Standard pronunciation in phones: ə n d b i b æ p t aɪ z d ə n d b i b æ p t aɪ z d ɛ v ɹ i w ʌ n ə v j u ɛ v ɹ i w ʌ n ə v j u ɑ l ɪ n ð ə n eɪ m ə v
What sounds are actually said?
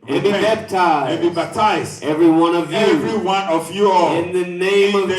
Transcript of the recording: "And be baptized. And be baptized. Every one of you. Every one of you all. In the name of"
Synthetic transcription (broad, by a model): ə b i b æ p t aɪ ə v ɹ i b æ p t aɪ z ɛ v ɹ i w ʌ n ə v j ɛ v ɹ i w ʌ n ə v j u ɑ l ɪ n ð ə n eɪ ə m